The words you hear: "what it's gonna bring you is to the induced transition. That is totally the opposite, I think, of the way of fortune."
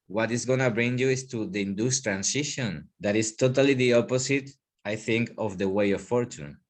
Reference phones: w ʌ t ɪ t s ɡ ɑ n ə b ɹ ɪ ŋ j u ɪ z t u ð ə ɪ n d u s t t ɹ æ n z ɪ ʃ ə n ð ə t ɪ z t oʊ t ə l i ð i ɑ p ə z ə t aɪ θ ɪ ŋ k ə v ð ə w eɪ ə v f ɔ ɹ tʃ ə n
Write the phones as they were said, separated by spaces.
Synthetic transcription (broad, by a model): w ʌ t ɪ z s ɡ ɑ n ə b ɹ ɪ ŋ j u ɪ s t u ð ə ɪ n d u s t t ɹ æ n s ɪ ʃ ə n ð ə t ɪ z t oʊ t ə l i ð i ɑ p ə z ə t aɪ θ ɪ ŋ k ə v ð ə w eɪ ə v f ɔ ɹ tʃ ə n